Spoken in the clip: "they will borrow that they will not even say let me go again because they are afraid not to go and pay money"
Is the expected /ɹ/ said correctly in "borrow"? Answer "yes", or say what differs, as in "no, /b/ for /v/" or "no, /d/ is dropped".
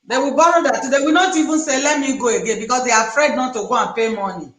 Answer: yes